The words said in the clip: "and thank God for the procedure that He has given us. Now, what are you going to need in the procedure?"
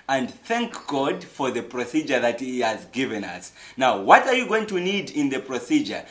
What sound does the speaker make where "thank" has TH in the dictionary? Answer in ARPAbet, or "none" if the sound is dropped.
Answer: TH